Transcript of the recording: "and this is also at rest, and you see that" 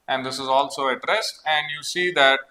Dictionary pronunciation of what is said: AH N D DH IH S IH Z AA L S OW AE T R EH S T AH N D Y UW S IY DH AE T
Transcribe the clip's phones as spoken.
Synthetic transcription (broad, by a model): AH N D IH S IH Z AA L S OW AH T R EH S AH N D Y UW S IY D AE T